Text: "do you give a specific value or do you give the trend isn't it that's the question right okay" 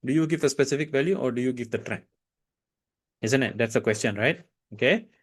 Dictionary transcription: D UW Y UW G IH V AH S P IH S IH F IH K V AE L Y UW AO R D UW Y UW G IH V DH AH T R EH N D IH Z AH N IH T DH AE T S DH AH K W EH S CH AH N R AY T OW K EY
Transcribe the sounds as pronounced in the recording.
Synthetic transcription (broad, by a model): D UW Y UW G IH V AH S P IH S IH F IH K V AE L Y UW AO R D UW Y UW G IH V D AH T R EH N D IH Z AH N IH T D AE T S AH K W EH S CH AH N R AY T OW K EY